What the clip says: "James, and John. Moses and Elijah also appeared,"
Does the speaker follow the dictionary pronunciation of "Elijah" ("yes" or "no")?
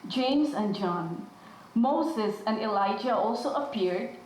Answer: yes